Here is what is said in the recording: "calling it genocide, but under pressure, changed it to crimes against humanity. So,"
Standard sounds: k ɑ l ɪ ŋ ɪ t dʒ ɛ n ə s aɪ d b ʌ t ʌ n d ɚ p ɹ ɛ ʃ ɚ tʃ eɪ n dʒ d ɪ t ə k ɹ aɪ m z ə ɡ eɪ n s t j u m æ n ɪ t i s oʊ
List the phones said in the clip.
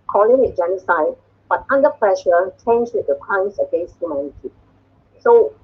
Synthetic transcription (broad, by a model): k ɑ l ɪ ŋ ɪ t dʒ ɛ n ə s aɪ d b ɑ t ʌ n d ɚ p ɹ ɛ ʃ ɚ tʃ eɪ n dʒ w ɪ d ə k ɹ aɪ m s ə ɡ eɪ s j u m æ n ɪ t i s oʊ